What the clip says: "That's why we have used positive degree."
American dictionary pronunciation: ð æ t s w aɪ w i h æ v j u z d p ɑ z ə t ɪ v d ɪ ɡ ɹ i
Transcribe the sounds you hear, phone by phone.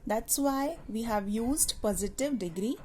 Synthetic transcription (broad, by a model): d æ t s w aɪ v i h æ v j u z d p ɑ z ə t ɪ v d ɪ ɡ ɹ i